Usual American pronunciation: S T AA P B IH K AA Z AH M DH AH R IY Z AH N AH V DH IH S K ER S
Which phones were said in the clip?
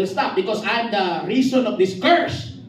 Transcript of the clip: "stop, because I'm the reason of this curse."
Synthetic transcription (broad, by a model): S T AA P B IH K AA S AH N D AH R IY S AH N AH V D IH S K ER S